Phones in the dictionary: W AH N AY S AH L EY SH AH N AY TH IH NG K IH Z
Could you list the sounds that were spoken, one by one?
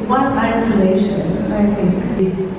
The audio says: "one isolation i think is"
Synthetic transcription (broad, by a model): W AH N AY S AH L EY SH AH N AY T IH NG K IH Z